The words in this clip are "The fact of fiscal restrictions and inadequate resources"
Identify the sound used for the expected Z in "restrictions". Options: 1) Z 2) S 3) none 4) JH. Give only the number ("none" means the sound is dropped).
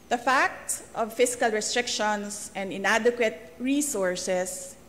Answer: 2